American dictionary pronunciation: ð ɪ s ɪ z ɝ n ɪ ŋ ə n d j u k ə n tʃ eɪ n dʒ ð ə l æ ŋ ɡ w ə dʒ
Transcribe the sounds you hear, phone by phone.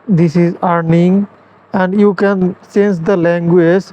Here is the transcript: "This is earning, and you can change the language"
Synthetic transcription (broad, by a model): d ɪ s ɪ z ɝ n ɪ ŋ ə n d j u k ə n s eɪ n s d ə l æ ŋ ɡ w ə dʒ